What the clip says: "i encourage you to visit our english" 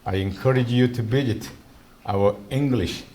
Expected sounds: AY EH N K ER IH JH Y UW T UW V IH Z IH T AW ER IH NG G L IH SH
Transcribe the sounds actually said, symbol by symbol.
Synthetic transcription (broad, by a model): AY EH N K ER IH JH Y UW T UW B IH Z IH T AW ER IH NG G L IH SH